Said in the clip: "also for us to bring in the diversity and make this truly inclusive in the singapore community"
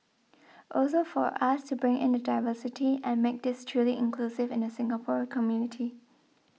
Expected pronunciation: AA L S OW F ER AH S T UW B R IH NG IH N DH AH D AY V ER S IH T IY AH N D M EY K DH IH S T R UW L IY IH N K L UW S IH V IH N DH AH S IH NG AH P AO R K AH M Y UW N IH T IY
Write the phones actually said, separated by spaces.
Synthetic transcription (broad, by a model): AA L S OW F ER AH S T UW B R IH NG IH N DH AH D AY V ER S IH T IY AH N M EY K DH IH S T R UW L IY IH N K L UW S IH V IH N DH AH S IH NG AH P AO R K AH M Y UW N IH T IY